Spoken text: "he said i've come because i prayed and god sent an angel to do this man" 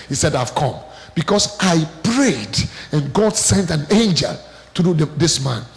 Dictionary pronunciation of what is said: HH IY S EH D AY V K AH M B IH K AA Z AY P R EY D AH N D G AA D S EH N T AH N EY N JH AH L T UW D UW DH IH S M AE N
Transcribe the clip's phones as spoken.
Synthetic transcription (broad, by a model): HH IY S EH D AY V K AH M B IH K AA S AY P R EY D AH N G AA D S EH N T AH N EY N JH AH L T UW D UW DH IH S M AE N